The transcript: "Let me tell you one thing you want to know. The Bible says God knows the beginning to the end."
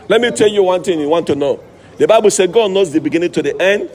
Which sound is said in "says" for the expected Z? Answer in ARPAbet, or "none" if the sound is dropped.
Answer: none